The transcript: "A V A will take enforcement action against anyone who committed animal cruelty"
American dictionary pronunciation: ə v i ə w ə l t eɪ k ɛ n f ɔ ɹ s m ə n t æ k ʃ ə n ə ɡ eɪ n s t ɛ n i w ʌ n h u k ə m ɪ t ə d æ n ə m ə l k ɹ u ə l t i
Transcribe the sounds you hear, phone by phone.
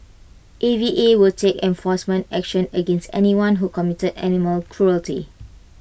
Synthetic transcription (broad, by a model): ə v i ə w ə l t eɪ k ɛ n f ɔ s m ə n t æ k ʃ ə n ə ɡ eɪ n s t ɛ n i w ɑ n h u k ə m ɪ t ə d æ n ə m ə l k ɹ u ə l t i